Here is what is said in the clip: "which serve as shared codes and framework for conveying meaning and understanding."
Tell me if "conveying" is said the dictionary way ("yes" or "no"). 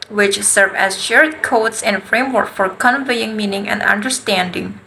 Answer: yes